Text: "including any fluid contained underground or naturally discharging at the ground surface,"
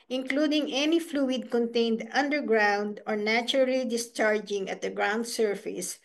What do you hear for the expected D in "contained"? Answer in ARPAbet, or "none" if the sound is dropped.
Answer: D